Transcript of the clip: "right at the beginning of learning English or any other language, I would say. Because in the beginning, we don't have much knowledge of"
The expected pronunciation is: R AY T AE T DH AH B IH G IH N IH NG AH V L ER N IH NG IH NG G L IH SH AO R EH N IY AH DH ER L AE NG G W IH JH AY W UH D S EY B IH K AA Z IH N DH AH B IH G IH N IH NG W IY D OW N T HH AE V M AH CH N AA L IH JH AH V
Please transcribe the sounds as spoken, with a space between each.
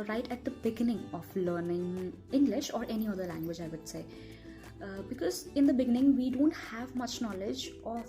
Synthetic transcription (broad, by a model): R AY T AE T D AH B IH G IH N IH NG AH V L ER N IH NG IH NG G L IH SH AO R EH N IY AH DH ER L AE NG G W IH JH AY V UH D S EY B IH K AA Z IH N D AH B IH G IH N IH NG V IY D OW N T HH AE V M AH CH N AA L IH JH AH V